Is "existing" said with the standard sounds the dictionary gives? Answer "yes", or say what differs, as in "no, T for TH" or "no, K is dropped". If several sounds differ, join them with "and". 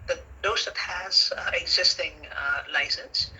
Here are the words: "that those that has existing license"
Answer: yes